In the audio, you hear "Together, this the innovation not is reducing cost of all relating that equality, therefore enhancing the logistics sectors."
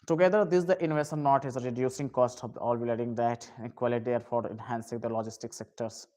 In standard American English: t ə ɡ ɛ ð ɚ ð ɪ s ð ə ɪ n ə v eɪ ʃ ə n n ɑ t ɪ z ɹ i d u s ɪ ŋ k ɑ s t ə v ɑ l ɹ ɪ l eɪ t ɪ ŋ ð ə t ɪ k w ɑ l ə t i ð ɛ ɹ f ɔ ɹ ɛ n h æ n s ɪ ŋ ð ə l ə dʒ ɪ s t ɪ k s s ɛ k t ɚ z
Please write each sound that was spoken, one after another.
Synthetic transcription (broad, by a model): t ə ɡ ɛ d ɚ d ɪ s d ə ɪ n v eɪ s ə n n ɑ t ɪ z ɹ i d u s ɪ ŋ k ɑ s t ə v ɑ l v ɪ l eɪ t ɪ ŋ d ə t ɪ k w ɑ l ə t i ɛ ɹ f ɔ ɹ ɛ n h æ n s ɪ ŋ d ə l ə dʒ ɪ s t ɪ k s s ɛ k t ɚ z